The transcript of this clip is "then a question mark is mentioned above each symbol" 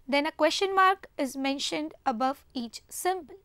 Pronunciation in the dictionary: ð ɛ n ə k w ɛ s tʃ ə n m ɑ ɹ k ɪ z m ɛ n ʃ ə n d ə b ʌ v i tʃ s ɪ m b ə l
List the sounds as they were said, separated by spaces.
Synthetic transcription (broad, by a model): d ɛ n ə k w ɛ s tʃ ə n m ɑ ɹ k ɪ z m ɛ n ʃ ə n d ə b ʌ v i tʃ s ɪ m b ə l